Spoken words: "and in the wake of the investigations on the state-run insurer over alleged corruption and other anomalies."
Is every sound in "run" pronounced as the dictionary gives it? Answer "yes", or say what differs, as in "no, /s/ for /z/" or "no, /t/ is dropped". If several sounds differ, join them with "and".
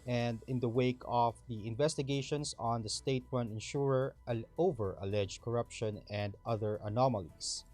no, /w/ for /ɹ/